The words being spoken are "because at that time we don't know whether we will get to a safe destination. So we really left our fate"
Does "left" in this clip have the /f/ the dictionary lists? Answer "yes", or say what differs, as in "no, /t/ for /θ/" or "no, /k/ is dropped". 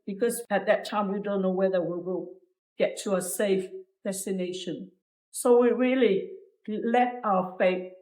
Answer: no, /f/ is dropped